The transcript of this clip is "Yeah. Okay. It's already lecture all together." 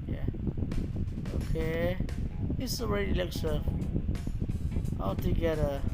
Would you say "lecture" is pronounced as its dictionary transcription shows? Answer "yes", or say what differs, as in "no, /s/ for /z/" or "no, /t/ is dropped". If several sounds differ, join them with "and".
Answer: no, /s/ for /tʃ/